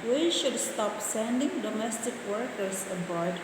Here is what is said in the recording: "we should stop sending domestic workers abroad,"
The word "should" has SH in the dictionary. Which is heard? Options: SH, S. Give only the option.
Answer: SH